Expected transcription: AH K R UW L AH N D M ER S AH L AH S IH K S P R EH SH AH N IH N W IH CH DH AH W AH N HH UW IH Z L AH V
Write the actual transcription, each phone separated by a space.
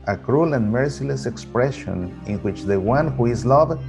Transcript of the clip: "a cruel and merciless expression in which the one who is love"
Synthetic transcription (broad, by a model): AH K R UW L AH N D M ER S AH L AH S IH K S P R EH SH AH N IH N W IH CH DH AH W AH N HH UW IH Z L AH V